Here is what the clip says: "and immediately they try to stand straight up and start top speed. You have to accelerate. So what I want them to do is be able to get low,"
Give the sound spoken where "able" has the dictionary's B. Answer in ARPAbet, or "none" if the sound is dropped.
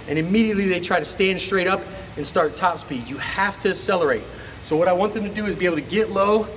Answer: none